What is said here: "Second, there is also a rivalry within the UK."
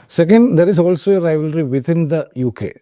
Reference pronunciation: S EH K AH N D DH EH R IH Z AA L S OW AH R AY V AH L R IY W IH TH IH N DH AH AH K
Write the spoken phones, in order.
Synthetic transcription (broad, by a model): S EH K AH N D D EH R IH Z AA L S OW AH R AY V AH L R IY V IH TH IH N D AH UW K